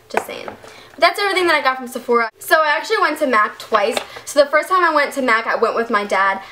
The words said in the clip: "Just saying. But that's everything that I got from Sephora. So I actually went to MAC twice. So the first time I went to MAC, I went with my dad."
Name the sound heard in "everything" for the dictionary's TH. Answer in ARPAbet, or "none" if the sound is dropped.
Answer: TH